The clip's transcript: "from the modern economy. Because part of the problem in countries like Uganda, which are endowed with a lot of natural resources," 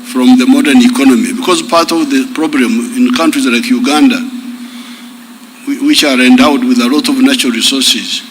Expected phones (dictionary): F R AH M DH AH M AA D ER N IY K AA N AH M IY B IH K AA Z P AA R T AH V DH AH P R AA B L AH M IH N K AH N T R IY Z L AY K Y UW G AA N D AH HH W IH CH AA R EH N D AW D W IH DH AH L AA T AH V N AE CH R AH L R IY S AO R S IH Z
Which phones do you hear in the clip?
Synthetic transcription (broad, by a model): F R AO M DH AH M AA D ER N IY K AA N AH M IY B IH K AA Z P AA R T AH V DH AH P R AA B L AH M IH N K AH N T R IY Z L AY K Y UW G AA N D AH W W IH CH AA R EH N D AW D W IH DH AH L AA T AH V N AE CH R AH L R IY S AO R S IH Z